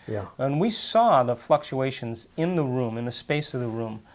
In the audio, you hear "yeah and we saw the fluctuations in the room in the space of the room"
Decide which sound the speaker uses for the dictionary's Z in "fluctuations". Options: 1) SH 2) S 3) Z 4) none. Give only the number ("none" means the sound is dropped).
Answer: 3